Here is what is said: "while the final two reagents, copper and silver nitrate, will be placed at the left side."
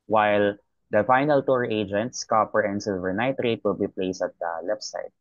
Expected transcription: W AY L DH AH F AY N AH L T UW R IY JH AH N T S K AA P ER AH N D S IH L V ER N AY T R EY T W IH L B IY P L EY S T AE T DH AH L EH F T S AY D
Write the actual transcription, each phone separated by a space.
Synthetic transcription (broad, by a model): W AY L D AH F AY N AH L T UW R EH JH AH N T S K AA P ER AH N D S IH L V ER N AY T R EY T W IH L B IY P L EY S AH T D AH L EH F S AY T